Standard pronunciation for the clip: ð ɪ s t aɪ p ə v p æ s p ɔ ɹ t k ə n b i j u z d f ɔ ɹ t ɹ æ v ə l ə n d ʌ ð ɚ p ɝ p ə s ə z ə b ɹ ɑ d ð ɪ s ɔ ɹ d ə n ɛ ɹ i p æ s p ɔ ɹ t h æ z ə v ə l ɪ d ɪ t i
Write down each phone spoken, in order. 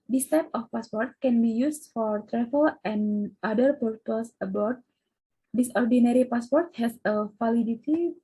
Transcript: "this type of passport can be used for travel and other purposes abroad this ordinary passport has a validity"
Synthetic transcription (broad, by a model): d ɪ s t aɪ p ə f p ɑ s p ɔ ɹ t k ə n b i j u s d f ɔ ɹ t ɹ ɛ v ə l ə n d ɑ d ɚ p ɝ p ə s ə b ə ɹ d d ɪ s ɔ ɹ d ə n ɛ ɹ i p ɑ s p ɔ ɹ t h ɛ s ə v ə l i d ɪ t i